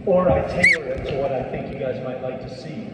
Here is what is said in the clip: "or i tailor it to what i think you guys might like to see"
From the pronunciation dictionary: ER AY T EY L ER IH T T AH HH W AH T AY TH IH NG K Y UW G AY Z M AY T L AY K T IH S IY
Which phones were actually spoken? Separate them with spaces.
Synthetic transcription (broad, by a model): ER AY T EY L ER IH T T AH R W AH T AY TH IH NG K Y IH G AY Z M AY T L AY K T IH S IY